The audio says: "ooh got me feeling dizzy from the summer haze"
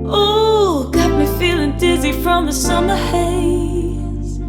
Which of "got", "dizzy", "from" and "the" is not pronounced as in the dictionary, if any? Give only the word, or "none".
none